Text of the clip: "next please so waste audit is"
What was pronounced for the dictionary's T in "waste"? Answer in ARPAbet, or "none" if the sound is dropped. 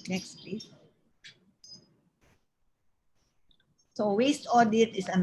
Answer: T